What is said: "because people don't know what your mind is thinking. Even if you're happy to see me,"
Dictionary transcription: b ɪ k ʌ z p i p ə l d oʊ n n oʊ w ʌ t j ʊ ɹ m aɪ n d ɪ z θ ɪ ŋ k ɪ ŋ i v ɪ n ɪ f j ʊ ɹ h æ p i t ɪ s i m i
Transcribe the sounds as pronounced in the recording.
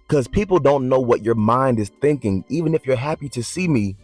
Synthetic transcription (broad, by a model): k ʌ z p i p l d oʊ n n oʊ w ʌ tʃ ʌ ɹ m aɪ n d ɪ z θ ɪ ŋ k ɪ ŋ i v ɪ n ɪ f j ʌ ɹ h æ p i t ɪ s i m i